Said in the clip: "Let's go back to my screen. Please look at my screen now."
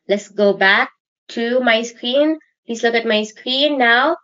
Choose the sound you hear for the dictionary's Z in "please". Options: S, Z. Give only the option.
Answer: S